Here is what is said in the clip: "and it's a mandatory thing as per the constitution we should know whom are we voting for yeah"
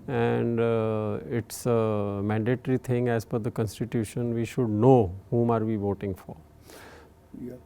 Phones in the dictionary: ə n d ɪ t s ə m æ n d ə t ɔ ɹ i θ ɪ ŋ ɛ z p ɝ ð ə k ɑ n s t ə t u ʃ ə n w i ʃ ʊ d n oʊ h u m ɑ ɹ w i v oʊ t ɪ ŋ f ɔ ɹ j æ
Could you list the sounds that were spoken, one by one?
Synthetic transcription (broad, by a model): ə n d ɪ t s ə m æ n d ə t ɹ i t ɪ ŋ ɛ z f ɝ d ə k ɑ n s t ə t u ʃ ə n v i ʃ ʊ d n oʊ h u m ɑ ɹ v i v oʊ t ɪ ŋ f ɔ ɹ